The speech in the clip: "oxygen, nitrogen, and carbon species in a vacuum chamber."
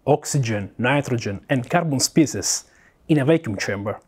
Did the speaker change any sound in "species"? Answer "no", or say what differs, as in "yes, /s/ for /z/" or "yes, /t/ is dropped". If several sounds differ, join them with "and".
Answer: yes, /s/ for /ʃ/